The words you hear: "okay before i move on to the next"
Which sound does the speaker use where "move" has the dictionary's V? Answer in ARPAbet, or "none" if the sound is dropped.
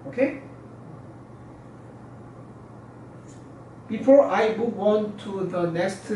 W